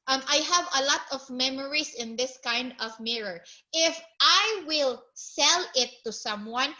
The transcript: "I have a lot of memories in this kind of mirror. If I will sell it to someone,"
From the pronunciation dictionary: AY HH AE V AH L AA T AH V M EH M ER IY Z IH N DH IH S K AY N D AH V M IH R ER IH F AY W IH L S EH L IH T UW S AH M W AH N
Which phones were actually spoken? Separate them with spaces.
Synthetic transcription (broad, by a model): AY HH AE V AH L AA T AH V M EH M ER IY S IH N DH IH S K AY N D AH V M IH R ER IH F AY W IH L S EH L IH T UW S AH M W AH N